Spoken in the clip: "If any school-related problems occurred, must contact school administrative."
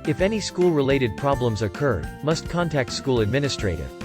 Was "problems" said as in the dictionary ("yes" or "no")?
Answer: yes